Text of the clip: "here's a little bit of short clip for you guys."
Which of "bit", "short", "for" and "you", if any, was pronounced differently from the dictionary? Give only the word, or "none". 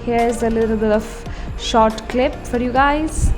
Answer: bit